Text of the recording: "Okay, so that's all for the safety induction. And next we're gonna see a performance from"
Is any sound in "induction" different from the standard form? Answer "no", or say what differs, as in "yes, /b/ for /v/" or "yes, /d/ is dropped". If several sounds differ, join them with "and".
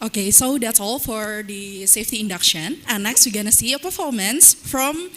no